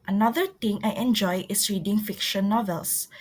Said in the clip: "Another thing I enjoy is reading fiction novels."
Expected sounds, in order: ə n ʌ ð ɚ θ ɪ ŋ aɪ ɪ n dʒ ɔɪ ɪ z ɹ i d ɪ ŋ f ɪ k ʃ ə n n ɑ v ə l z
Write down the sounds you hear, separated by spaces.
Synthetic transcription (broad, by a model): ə n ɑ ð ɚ t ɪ ŋ aɪ ɪ n dʒ ɔɪ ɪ s ɹ i d ɪ ŋ f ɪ k ʃ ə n n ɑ v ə l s